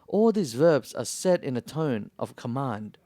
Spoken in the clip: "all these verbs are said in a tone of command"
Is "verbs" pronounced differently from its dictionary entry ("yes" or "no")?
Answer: no